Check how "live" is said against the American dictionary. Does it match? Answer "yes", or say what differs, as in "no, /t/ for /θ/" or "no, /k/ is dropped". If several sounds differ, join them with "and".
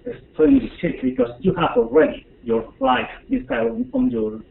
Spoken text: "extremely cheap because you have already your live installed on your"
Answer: no, /f/ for /v/